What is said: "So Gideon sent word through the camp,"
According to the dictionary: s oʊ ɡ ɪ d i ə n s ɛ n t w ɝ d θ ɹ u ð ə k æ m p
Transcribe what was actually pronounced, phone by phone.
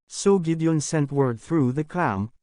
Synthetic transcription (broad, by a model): s oʊ ɡ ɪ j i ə n s ɛ n t w ɝ d θ ɹ u ð ə k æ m